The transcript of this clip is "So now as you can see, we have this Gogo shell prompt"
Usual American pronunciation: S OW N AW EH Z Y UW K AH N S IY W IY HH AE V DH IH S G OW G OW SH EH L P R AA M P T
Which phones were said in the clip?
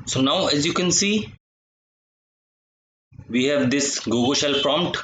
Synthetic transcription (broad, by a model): S OW N AW EH Z Y UW K AH N S IY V IY HH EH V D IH S G OW G OW SH EH L P R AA M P T